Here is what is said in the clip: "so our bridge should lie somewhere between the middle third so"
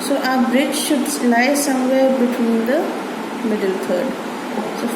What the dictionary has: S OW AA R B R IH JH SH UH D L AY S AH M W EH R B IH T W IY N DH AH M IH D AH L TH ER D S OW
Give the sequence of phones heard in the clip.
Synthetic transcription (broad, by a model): S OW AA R B R IH JH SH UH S L AY S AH M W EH R B IH T W IY N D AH M IH D AH L T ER D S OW